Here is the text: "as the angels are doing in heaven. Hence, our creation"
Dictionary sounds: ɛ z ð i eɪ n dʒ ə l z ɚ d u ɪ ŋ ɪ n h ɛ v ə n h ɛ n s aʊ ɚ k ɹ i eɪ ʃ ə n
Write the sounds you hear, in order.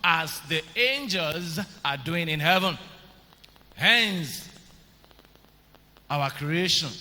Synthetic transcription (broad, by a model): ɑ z ð i eɪ n dʒ ə l z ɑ d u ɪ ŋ ɪ n h ɛ v ə n h ɛ n s aʊ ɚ k ɹ i eɪ ʃ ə n